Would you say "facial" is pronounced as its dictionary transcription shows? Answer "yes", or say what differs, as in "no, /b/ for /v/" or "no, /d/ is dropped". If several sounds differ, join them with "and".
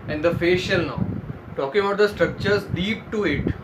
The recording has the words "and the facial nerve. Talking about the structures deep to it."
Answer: yes